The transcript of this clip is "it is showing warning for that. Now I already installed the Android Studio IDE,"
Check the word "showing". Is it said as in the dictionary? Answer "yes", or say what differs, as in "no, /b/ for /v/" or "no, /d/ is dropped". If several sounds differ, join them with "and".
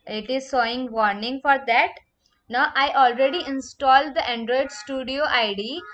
no, /s/ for /ʃ/